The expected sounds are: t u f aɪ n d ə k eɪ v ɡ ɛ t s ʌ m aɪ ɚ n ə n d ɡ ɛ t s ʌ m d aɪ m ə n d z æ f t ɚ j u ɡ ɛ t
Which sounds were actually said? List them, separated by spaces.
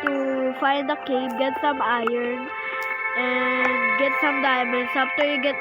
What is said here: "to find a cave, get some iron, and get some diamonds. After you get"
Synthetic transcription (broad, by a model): t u f aɪ n d ə k eɪ b ɡ ɛ t s ʌ m aɪ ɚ n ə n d ɡ ɛ t s ʌ m d aɪ m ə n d s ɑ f t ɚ j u ɡ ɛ t